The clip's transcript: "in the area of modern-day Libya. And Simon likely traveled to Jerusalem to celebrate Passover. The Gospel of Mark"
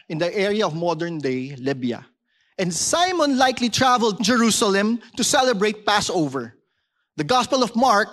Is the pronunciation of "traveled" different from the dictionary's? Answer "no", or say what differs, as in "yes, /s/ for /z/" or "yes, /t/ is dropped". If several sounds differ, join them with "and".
no